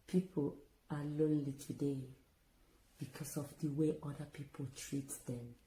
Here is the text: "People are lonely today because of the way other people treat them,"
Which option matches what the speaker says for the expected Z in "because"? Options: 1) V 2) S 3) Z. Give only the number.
2